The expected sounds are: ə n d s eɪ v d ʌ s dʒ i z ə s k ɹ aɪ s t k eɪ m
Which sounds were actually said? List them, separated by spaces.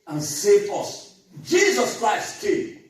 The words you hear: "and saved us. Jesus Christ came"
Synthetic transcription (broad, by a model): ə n s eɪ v ʌ s dʒ i z ə s k ɹ aɪ s t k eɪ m